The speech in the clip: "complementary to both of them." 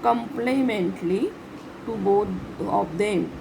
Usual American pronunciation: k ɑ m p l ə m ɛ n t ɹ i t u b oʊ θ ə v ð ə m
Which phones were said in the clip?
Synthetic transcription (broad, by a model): k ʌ m p l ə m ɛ n t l i t u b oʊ t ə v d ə m